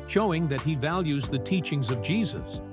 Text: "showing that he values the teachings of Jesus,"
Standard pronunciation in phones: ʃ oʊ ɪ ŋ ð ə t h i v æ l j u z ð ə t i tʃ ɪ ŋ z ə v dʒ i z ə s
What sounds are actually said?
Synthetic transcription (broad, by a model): ʃ oʊ ɪ ŋ ð ə t h i v æ l j u z ð ə t i tʃ ɪ ŋ z ə v dʒ i z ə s